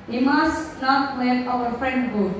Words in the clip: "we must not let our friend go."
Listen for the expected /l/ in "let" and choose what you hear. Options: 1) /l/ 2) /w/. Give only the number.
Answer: 2